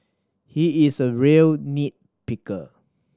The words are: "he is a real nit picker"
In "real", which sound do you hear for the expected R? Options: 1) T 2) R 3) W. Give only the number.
2